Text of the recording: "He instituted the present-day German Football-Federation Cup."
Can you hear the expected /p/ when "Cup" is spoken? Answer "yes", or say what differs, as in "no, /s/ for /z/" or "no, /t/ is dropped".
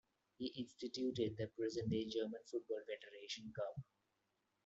no, /b/ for /p/